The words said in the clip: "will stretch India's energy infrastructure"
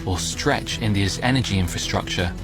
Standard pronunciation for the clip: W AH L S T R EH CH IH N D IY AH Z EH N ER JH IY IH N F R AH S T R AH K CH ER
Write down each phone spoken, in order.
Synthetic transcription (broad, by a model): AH S T R EH CH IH N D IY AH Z EH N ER JH IY IH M F R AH S T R AH K CH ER